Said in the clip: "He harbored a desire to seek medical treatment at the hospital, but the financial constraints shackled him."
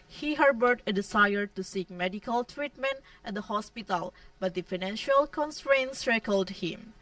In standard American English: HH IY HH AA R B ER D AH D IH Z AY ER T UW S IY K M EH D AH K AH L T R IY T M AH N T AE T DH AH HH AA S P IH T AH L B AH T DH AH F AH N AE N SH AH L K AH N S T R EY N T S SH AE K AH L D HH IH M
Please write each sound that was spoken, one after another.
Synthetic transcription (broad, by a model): HH IY HH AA R B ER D AH D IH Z AY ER T UW S IY K M EH D AH K AH L T R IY T M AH N T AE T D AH HH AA S P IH T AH L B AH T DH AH F AH N AE N SH AH L K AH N S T R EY N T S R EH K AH L D HH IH M